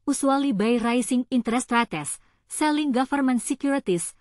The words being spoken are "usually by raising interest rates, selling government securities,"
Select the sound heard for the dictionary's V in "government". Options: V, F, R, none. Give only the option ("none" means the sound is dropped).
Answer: F